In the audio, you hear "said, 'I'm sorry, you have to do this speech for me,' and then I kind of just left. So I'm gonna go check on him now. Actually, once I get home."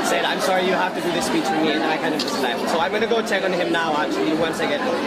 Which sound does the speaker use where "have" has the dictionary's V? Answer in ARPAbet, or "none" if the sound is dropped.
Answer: F